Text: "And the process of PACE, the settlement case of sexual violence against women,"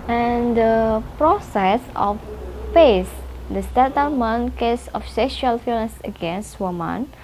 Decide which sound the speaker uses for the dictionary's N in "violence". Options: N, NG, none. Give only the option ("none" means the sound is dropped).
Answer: none